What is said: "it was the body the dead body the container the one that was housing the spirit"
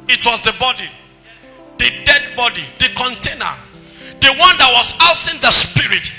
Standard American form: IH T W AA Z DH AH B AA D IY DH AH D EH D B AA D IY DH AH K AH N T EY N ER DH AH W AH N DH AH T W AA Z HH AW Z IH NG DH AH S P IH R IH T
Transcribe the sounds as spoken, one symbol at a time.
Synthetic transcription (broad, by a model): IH T W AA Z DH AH B AA D IY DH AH D EH D B AA D IY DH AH K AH N T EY N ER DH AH W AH N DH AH T W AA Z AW S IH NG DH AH S P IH R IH T